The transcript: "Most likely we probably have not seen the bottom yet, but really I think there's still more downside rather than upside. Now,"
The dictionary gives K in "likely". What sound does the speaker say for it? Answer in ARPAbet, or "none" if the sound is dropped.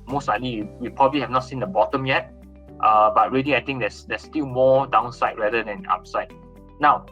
none